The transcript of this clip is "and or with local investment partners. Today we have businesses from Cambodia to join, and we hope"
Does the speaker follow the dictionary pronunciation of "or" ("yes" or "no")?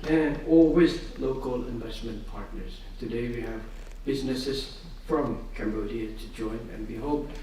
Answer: no